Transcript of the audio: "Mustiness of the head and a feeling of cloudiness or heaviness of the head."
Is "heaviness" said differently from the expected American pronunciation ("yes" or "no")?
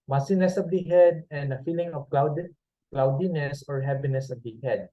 yes